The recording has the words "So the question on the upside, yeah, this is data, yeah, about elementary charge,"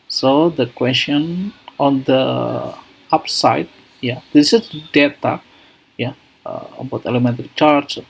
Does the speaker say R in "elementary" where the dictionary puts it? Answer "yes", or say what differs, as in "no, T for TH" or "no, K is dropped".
no, R is dropped